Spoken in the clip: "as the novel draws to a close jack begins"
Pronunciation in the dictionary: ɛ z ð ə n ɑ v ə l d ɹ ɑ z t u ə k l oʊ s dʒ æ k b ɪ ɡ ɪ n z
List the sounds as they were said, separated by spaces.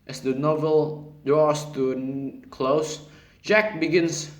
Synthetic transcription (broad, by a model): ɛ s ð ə n ɑ v ə l d ɹ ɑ s t u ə k l oʊ s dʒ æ k b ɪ ɡ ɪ n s